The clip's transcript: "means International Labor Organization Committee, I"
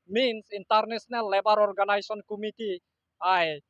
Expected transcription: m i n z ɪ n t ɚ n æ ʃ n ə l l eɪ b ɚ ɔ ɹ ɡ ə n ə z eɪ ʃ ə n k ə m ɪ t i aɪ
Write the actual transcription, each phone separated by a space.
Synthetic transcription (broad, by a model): m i n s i n t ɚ n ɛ s n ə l l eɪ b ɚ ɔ ɹ ɡ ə n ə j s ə n k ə m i t i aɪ